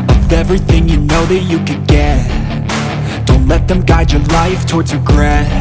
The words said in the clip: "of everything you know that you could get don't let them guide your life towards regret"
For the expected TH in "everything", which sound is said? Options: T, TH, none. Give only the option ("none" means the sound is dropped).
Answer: TH